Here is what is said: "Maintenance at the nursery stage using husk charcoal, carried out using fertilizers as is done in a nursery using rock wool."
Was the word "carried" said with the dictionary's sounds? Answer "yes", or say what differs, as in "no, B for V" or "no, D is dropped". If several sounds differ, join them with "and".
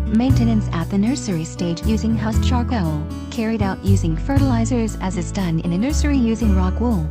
yes